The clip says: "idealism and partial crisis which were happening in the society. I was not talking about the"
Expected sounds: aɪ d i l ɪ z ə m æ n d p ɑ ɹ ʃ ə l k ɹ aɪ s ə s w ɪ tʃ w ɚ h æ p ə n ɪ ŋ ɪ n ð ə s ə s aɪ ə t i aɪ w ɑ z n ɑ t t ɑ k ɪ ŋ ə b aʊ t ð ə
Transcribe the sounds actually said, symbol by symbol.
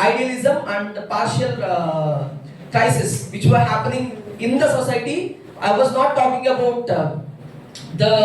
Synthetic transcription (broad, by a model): aɪ d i l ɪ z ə m æ n d p ɑ ɹ ʃ ə l k ɹ aɪ s ə s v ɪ tʃ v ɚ h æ p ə n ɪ ŋ ɪ n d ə s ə s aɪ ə t i aɪ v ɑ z n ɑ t t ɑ k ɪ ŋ ə b aʊ t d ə